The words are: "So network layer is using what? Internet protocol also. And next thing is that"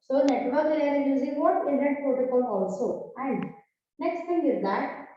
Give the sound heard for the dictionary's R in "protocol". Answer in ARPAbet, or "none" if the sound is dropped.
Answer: none